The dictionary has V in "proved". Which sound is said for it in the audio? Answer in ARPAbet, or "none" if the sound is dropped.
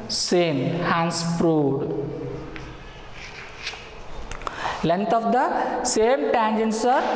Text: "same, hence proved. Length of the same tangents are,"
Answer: none